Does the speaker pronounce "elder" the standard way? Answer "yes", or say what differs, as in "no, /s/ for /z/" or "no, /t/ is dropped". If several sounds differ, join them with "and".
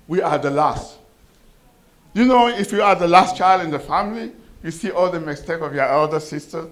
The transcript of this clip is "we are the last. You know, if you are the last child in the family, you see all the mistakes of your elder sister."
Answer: yes